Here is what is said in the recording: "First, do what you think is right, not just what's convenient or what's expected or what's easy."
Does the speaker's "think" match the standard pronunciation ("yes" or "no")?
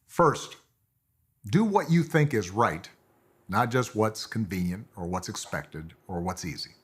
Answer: yes